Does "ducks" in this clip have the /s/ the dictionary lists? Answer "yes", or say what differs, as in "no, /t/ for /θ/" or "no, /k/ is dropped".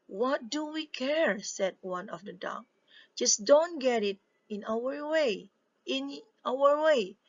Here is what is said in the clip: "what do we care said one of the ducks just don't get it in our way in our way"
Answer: no, /s/ is dropped